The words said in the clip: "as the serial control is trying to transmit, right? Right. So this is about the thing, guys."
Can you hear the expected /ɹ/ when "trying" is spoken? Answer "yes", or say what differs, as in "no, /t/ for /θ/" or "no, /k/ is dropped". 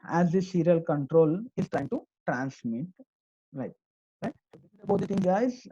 yes